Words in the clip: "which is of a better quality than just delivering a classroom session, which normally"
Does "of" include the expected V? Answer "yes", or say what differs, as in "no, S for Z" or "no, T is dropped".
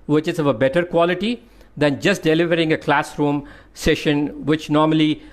yes